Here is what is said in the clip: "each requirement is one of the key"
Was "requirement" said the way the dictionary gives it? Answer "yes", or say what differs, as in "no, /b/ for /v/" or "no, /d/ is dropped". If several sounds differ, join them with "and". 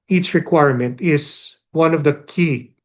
yes